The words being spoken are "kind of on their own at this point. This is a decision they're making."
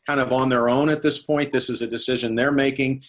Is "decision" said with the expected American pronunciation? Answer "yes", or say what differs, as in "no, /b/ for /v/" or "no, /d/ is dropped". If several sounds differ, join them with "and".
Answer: yes